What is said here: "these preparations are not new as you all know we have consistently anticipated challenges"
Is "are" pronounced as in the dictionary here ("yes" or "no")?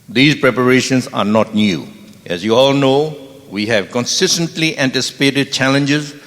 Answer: yes